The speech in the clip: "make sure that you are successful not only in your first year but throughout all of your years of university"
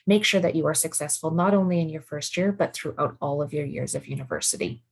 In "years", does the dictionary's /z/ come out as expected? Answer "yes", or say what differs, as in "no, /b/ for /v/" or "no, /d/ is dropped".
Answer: yes